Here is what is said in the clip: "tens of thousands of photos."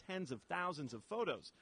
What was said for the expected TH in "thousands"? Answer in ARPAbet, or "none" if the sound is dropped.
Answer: TH